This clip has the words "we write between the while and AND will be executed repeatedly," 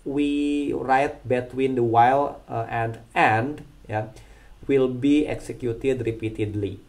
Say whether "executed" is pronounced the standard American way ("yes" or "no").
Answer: yes